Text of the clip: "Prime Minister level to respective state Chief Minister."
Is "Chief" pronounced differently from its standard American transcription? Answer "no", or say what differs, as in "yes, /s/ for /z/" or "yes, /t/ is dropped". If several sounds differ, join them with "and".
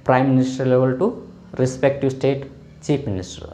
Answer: yes, /p/ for /f/